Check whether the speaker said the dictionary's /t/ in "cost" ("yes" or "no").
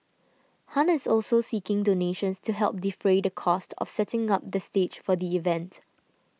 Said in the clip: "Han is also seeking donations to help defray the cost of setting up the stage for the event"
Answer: yes